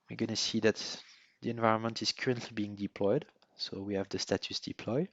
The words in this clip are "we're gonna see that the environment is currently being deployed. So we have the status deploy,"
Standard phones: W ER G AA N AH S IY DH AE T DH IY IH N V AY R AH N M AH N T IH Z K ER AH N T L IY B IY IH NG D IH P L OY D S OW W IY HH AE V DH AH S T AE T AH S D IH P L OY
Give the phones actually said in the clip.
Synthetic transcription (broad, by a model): W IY G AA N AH S IY DH AE T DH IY IH N V AY R AH N M AH N T IH Z K ER AH N T L IY B IY IH NG D IH P L OY D S OW W IY HH AE V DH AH S T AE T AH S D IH P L OY